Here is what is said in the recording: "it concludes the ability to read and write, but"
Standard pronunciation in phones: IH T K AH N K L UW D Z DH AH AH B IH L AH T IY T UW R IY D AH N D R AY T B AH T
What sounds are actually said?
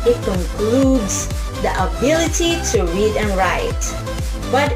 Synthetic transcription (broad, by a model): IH T K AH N K L UW D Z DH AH AH B IH L AH T IY T UW R IY D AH N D R AY T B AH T